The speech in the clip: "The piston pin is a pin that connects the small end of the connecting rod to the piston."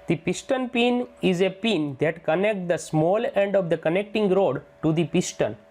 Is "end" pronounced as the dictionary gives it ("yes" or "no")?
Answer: yes